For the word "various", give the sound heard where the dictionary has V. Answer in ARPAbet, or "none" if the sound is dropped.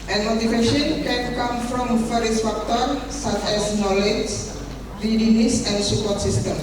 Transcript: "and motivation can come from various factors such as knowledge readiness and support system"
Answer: F